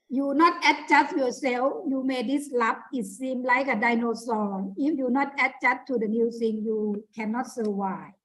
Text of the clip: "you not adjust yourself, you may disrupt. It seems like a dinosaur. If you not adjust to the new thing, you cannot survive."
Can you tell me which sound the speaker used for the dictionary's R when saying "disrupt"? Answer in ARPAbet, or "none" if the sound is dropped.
L